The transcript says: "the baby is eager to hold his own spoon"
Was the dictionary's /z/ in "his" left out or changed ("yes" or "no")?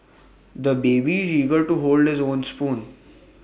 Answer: no